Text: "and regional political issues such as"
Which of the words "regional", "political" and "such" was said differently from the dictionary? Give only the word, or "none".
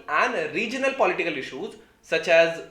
none